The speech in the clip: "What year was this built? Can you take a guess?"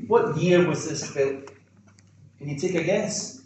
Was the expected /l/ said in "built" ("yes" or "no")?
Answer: no